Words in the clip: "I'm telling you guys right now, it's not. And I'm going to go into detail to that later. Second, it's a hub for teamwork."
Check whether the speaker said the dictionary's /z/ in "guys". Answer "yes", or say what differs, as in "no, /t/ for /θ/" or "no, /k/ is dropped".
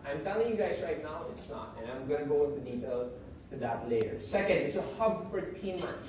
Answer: yes